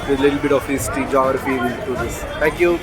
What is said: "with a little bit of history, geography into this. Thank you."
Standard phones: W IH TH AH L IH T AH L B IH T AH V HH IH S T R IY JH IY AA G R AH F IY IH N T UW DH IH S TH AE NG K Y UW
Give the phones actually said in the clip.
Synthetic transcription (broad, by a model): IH AH L IH T AH L B IH T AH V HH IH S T IY JH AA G R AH F IY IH T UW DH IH S T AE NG K Y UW